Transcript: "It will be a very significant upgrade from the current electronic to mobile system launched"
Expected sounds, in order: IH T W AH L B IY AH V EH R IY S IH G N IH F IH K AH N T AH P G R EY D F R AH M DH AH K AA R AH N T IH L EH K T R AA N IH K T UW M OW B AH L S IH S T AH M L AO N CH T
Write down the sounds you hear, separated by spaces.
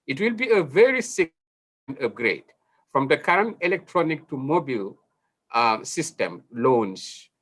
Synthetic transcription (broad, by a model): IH T W AH L B IY AH V EH R IY S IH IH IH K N AH P G R EY D F R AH M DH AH K AA R AH N T IH L EH K T R AA N IH K T UW M OW B AH L S IH S T AH M L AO N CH